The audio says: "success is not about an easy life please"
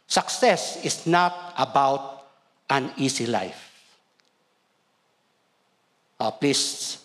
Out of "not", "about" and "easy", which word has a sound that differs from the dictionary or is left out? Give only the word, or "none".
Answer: easy